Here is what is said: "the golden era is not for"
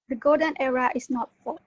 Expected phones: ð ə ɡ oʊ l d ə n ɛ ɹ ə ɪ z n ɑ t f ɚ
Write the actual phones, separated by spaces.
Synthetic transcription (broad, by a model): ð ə ɡ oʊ d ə n ɛ ɹ ə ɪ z n ɑ t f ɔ